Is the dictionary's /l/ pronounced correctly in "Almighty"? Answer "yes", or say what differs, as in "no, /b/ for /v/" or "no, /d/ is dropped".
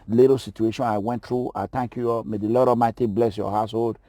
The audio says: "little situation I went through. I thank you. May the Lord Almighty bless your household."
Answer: no, /l/ is dropped